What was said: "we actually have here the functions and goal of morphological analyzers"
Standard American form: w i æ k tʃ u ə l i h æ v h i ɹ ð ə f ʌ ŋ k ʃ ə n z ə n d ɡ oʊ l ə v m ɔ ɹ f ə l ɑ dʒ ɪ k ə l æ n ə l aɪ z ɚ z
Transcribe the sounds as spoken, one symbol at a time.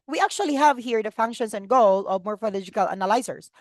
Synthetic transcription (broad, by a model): w i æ k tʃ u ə l i h æ v h i ɹ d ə f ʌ ŋ k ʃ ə n s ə n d ɡ oʊ l ə v m ɔ ɹ f ə l ɑ dʒ ɪ k ə l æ n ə l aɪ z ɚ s